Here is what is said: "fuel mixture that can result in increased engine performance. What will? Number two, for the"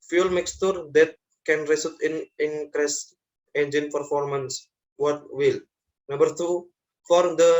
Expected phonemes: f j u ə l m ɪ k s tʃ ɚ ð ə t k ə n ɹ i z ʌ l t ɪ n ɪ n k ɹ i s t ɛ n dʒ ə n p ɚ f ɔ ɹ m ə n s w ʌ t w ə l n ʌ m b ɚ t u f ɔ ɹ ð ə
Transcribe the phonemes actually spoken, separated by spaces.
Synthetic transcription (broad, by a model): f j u l m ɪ k s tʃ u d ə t k ə n ɹ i s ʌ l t ɪ n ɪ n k ɹ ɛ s ɛ n dʒ ə n p ɚ f ɔ ɹ m ə n s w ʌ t w ə l n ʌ m b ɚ t u f ɔ ɹ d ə